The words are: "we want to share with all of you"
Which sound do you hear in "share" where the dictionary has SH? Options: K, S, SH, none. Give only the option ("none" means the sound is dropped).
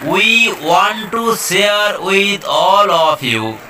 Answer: S